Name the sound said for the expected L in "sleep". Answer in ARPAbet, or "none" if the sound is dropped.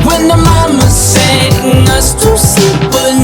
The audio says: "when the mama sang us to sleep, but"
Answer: none